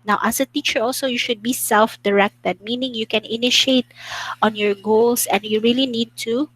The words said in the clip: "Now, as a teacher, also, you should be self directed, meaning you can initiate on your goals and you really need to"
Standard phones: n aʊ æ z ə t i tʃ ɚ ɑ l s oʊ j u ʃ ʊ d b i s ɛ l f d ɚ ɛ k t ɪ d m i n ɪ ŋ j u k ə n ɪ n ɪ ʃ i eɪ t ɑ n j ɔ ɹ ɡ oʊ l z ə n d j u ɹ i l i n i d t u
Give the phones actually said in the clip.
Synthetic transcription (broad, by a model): n aʊ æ s ə t i tʃ ɚ ɑ l s oʊ j u ʃ ʊ d b i s ɛ l f d ɚ ɛ k t ɪ d m i n ɪ ŋ j u k ə n ɪ n ɪ ʃ i eɪ t ɑ n j ɔ ɹ ɡ oʊ l s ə n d j u ɹ i l i n i d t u